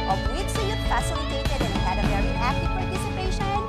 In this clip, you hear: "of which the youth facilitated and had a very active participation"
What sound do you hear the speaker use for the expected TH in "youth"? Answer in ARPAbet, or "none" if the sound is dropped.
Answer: T